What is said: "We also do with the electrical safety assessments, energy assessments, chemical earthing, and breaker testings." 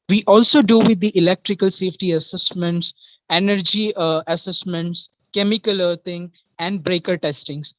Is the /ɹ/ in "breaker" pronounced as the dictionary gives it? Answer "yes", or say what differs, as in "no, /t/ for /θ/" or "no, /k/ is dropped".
yes